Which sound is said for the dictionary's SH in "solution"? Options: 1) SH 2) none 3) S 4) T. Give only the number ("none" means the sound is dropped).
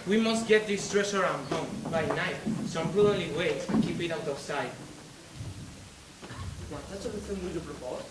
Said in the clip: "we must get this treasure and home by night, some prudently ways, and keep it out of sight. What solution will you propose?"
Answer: 3